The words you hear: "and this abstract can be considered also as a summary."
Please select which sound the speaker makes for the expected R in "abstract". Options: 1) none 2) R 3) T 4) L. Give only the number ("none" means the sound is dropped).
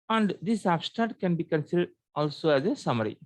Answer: 1